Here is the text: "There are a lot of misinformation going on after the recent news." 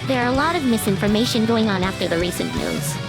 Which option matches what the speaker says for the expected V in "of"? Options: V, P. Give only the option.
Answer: V